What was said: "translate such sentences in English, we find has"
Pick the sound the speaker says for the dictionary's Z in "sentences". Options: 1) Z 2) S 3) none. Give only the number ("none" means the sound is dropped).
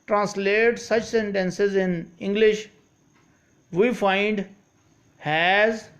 1